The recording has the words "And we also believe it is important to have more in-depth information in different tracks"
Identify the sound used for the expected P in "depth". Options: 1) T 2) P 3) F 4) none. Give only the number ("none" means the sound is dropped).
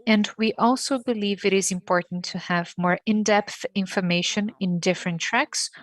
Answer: 2